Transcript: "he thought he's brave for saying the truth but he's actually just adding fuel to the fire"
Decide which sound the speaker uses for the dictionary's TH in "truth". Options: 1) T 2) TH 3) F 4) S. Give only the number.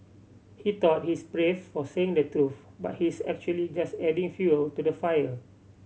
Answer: 3